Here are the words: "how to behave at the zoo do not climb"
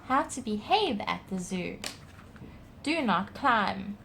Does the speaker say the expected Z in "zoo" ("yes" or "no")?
yes